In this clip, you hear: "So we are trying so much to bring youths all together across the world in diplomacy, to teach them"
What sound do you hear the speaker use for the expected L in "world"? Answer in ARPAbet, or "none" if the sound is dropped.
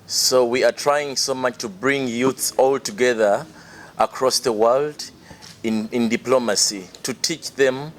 L